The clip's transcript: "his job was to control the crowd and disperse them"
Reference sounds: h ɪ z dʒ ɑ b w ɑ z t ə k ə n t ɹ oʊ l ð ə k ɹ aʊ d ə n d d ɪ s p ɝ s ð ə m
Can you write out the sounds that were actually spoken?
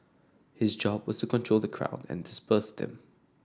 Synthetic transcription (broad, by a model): h ɪ z dʒ ɑ b w ɑ z t ə k ə n t ɹ oʊ l ð ə k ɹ aʊ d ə n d d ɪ s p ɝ s ð ə m